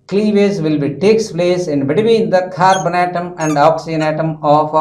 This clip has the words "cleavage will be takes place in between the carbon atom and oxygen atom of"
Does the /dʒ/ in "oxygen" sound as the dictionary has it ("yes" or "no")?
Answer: no